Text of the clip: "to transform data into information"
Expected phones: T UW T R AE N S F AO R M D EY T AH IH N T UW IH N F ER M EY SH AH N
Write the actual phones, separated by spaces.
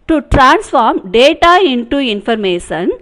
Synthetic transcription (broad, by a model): T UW T R AE N S F AO R M D EY T AH IH N T UW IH N F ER M EY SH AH N